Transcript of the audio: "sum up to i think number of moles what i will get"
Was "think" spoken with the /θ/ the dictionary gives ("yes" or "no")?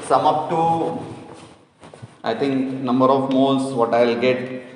no